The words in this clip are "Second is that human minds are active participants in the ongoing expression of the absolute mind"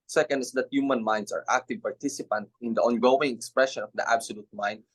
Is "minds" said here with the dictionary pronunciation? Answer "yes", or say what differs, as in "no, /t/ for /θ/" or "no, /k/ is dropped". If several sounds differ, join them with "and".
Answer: no, /s/ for /z/